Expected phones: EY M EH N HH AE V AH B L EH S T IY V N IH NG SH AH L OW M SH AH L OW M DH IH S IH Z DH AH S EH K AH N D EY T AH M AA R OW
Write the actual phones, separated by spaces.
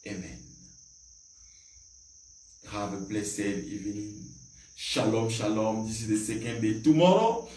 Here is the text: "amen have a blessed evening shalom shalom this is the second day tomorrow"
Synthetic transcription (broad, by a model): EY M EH N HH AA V AH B L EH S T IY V IH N SH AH L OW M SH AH L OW M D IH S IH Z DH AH S EH K AH N D EY T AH M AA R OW